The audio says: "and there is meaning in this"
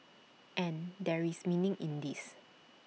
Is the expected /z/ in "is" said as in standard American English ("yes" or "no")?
no